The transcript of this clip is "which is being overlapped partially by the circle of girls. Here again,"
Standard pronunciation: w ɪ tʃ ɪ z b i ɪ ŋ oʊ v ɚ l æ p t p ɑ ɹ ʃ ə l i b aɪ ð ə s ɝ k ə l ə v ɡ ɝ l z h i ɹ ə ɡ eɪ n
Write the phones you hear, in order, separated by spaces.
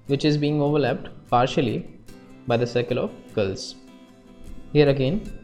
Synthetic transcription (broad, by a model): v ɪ tʃ ɪ z b i ɪ ŋ oʊ v ɚ l æ p t p ɑ ɹ ʃ ə l i b aɪ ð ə s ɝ k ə l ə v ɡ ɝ l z h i ɹ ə ɡ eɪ n